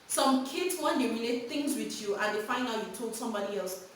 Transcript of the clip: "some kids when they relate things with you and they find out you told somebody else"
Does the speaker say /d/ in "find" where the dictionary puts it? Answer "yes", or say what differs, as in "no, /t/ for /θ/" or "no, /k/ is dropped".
no, /d/ is dropped